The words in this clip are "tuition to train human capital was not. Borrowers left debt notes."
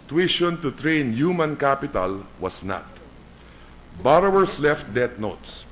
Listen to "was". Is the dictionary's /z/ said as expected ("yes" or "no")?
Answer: no